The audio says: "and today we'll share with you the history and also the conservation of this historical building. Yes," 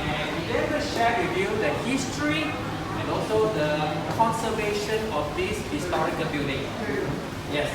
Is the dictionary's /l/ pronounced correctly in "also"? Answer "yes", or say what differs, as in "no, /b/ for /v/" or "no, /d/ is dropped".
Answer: yes